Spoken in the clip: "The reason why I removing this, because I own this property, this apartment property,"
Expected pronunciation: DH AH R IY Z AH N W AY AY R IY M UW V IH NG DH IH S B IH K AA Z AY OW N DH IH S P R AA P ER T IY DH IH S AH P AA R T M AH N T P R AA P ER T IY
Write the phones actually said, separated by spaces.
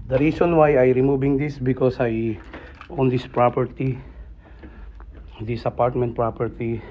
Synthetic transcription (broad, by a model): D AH R IY S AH N W AY AY R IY M UW B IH NG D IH S B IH K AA S AY OW N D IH S P R AA P ER T IY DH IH S AH P AA R T M AH N T P R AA P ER T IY